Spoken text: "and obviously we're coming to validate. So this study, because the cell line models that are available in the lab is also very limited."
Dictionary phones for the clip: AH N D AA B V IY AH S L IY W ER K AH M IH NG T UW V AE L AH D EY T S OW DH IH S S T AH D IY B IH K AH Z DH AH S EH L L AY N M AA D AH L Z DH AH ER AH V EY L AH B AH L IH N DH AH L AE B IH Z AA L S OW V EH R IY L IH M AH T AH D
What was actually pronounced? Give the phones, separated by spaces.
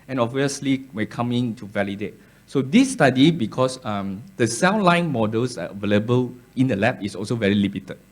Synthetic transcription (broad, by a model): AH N AA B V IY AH S L IY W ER K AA M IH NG T UW V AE L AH D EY T S OW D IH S S T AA D IY B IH K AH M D AH S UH N L AY N M AA D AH L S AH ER AH V EY L AH B AH L IH N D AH L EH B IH S AA L S OW V EH R IY L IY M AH T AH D